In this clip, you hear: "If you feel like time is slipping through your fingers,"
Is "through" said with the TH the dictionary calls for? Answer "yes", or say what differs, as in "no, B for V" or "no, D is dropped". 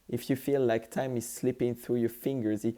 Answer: yes